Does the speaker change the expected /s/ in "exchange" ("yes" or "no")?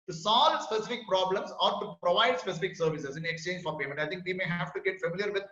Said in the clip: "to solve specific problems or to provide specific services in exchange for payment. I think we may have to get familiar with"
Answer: no